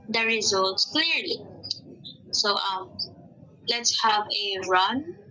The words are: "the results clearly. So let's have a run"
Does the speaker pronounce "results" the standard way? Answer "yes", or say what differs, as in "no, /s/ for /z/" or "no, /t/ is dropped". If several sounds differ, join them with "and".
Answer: yes